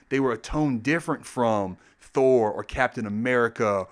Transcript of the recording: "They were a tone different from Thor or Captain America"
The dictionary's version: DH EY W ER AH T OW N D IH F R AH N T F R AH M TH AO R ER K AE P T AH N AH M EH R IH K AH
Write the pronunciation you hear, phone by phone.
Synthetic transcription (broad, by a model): DH EY W ER AH T OW N D IH F R AH N T F R AH M TH AO R ER K AE P T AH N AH M EH R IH K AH